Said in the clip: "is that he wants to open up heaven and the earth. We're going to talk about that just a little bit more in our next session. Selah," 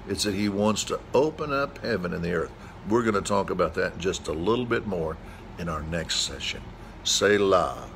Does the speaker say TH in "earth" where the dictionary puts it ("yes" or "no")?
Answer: yes